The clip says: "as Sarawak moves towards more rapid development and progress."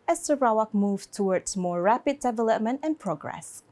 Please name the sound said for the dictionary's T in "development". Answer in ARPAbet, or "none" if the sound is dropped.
T